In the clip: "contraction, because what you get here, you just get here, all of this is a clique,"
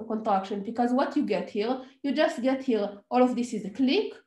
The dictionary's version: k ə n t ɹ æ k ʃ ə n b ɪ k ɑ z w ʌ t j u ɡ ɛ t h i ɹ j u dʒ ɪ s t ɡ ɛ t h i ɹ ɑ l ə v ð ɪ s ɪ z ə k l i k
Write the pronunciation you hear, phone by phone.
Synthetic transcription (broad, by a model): k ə n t ɹ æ k ʃ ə n b ɪ k ɑ z w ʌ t j u ɡ ɛ t h i ɹ j u dʒ ɪ s t ɡ ɛ t h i ɹ ɑ l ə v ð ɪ s ɪ z ə k l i k